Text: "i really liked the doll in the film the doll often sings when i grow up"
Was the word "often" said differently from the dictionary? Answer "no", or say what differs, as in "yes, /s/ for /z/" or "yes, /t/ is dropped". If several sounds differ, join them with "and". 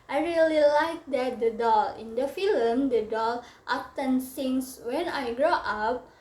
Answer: yes, /p/ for /f/